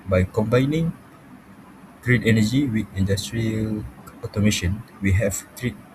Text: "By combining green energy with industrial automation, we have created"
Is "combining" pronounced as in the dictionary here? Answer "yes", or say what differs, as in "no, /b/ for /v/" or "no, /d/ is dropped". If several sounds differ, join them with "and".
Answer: yes